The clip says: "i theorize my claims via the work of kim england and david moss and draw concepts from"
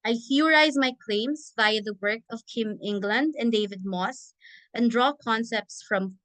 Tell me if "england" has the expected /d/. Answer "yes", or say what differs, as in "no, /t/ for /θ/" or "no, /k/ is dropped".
yes